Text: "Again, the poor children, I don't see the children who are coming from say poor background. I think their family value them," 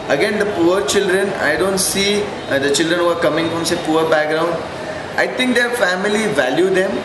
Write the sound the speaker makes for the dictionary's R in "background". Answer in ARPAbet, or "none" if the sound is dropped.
R